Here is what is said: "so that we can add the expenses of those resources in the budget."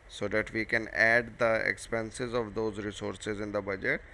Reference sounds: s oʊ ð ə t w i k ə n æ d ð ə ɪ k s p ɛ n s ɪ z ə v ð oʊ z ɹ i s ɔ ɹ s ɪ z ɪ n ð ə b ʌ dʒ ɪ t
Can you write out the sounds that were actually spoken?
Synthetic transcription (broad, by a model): s oʊ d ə t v i k ə n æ d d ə ɪ k s p ɛ n s ɪ z ə v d oʊ z ɹ i s ɔ ɹ s ɪ z ɪ n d ə b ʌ dʒ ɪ t